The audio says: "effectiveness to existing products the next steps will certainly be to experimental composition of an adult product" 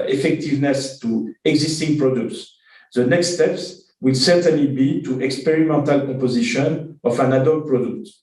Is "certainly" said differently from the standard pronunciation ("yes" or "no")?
no